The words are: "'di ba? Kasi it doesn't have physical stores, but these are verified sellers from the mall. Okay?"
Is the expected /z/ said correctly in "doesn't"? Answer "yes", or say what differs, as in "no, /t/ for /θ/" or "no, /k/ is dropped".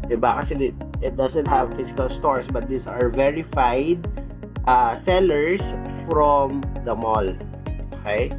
no, /s/ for /z/